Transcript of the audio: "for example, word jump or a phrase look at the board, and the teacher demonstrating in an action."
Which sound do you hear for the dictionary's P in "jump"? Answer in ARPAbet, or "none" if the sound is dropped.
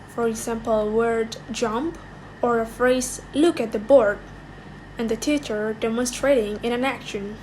P